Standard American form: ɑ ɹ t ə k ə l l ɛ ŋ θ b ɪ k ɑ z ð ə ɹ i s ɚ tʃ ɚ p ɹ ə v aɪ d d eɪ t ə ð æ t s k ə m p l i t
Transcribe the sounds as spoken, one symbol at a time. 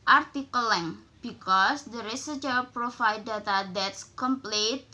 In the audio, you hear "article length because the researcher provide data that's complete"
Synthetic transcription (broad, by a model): ɑ ɹ t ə k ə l l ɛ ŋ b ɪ k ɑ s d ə ɹ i s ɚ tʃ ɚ p ɹ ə f aɪ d d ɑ t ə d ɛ t s k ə m p l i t